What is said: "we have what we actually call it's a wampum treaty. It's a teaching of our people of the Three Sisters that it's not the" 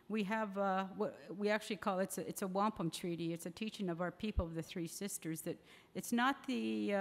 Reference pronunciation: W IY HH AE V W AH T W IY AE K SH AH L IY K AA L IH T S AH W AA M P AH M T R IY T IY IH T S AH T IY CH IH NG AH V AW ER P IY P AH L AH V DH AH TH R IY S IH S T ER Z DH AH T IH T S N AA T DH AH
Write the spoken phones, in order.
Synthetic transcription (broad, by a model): W IY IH V W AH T W IY AE K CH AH L IY K AA L IH T S AH W AA M P AH M T R IY T IY IH T S AH T IY CH IH NG AH V AW ER P IY P L AH V DH AH TH R IY S IH S T ER Z DH AH T IH T S N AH T DH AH